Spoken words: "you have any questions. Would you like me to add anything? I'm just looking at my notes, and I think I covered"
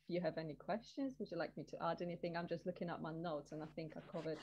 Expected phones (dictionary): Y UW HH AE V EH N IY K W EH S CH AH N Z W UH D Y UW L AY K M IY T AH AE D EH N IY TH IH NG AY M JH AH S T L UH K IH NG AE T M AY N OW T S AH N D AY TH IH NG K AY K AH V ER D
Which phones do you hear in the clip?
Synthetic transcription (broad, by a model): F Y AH V EH N IY K W EH S CH AH N Z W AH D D L AY K M IY T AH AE D EH N IY TH IH NG AY M JH AH S T L UH K IH NG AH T M AY N OW T S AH N AY TH IH NG K AY K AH V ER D